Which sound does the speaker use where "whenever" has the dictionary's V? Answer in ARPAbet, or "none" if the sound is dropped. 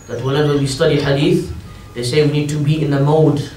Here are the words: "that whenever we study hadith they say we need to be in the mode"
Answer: W